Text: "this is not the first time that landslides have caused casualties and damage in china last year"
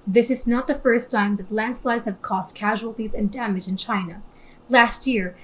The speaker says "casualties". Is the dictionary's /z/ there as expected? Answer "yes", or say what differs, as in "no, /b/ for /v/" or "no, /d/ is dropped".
yes